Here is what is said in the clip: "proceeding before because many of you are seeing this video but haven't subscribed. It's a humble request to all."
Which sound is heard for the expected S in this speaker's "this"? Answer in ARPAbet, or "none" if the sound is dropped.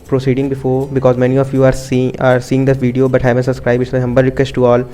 none